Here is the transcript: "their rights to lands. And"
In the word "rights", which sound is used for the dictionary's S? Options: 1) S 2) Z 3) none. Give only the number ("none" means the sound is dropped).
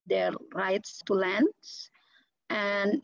1